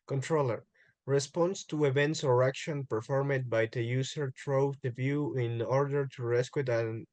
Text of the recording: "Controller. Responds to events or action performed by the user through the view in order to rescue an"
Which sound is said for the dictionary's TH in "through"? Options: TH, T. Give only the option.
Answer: T